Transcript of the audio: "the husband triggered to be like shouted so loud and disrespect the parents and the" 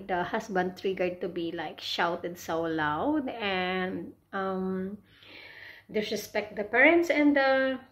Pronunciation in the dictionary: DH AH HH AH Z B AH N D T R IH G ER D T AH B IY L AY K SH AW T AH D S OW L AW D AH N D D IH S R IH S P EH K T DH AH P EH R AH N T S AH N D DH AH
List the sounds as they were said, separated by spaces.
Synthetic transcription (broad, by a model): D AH HH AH S B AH N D T R IH G ER D T AH B IY L AY K SH AW T AH D S OW L AW D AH N D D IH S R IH S P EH K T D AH P EH R AH N T S AH N D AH